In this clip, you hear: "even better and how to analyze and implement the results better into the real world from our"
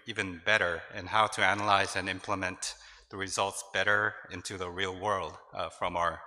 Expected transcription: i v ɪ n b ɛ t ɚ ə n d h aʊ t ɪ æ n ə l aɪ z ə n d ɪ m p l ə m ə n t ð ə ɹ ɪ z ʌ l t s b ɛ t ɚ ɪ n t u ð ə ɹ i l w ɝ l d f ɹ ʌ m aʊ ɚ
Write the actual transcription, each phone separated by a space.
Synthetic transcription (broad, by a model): i v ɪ n b ɛ t ɚ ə n h aʊ t ɪ æ n ə l aɪ z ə n ɪ m p l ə m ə n ð ə ɹ ɪ z ʌ l t s b ɛ t ɚ ɪ n t u ð ə ɹ i l w ɝ l d f ɹ ʌ m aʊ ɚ